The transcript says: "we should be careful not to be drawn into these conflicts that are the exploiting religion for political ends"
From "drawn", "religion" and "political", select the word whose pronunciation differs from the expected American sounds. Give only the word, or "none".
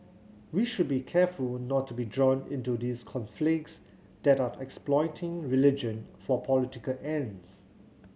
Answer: none